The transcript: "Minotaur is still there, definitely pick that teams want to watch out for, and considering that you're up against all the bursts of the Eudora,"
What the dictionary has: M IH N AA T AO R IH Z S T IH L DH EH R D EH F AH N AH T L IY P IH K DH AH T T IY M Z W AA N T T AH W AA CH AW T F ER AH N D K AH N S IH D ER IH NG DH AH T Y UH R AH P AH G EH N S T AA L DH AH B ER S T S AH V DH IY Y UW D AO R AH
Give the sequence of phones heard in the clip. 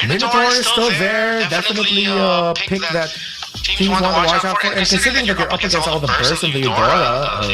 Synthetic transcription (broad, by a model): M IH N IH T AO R S T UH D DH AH R D EH F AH N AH T L IY P IH K DH AH T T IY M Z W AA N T T AH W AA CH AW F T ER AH N K AH N S IH D ER IH NG DH AH T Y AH R AH P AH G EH N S AA L DH AH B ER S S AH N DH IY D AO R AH